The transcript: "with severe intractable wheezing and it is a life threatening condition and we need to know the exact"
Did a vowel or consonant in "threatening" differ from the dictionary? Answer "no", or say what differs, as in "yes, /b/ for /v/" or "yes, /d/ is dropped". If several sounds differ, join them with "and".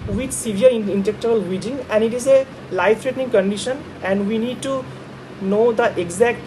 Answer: yes, /t/ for /θ/